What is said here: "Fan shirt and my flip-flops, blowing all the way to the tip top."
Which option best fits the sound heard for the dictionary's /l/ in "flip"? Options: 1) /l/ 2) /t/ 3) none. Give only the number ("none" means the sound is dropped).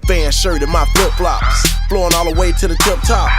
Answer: 3